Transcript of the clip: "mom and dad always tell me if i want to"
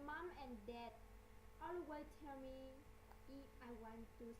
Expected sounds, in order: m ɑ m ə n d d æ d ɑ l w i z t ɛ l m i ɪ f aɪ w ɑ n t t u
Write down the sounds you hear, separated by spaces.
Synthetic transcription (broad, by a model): m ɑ m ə n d d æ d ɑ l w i t ɛ l m i ɪ f aɪ w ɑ n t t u